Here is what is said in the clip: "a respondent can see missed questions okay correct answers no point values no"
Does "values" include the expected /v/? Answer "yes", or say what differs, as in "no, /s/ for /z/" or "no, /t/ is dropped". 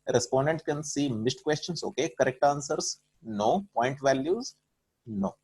yes